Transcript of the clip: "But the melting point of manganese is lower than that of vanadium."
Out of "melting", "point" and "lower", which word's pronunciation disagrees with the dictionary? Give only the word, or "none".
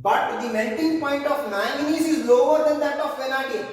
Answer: melting